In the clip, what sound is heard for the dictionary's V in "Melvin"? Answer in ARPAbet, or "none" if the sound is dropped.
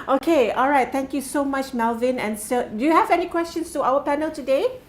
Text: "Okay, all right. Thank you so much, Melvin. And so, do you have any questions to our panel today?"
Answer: V